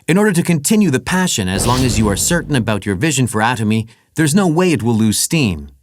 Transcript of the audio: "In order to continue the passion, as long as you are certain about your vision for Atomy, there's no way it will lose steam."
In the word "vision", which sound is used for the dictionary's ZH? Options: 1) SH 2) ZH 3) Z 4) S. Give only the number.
2